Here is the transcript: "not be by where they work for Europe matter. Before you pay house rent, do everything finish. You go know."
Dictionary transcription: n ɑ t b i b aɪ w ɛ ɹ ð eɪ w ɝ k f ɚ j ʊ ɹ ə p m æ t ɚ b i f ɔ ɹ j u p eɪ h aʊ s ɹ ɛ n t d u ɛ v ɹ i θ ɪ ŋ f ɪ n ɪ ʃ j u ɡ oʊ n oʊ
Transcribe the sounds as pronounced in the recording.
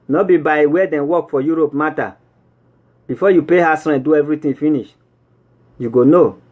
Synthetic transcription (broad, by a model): n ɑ b i b aɪ w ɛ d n w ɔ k f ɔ j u ɹ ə p m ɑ t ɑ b i f ɔ j u p eɪ h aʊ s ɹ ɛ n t d u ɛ v ɹ i t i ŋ f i n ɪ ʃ j u ɡ oʊ n oʊ